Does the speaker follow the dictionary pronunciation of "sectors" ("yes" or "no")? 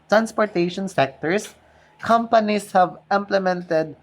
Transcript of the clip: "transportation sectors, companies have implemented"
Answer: no